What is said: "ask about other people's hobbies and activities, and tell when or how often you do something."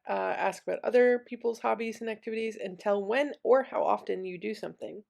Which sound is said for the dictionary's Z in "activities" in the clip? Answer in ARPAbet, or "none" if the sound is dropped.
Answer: Z